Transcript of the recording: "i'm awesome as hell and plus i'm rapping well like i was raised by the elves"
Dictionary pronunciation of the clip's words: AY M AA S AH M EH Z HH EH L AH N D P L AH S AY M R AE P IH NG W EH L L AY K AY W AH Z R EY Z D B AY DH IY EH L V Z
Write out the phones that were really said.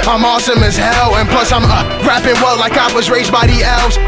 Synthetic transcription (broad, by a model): AY M AA S AH M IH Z HH EH L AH N P L AH S AY M R AE P IH NG W EH L L AY K AY W AH Z R EY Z B AY DH IY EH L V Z